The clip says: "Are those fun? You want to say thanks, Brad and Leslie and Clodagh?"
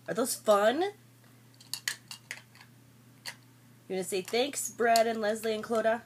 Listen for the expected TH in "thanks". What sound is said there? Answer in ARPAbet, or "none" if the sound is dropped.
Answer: TH